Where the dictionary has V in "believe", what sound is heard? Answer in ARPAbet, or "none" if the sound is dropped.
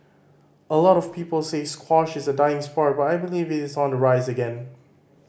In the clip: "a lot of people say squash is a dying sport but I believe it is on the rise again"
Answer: V